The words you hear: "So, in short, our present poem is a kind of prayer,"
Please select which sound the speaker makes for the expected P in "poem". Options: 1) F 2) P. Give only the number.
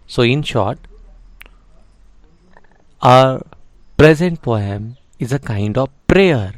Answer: 1